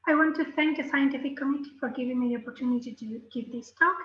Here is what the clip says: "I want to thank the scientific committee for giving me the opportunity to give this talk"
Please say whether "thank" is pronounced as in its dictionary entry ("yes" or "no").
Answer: yes